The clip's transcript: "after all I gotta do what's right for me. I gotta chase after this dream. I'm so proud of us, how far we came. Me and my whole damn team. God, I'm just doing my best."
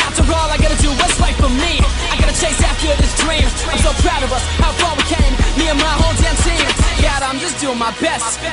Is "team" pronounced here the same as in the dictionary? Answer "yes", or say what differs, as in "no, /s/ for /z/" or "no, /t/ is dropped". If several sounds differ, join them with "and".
no, /s/ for /t/